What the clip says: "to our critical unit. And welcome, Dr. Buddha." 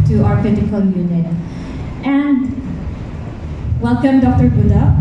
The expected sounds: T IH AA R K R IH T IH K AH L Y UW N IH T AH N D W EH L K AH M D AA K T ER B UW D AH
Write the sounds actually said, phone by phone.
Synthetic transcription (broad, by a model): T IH AA R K IH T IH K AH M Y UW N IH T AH N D W EH L K AH M D AA K T ER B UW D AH